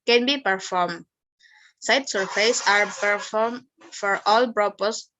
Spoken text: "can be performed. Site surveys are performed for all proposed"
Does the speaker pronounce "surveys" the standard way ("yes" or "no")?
no